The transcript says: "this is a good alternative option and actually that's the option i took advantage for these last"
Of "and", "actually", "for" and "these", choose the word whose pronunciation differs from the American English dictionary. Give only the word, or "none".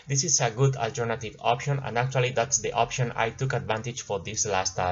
these